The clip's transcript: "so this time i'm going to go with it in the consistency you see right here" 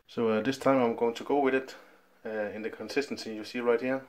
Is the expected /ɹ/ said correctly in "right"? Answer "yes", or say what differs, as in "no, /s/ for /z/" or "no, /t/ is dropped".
yes